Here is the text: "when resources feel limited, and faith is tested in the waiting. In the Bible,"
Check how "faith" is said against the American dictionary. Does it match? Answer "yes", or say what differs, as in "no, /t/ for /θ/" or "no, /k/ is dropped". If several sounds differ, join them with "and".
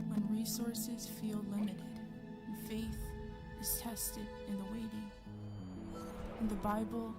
yes